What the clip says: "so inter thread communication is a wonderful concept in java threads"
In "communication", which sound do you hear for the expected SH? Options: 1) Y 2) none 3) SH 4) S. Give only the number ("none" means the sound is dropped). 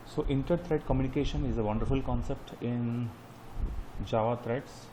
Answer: 3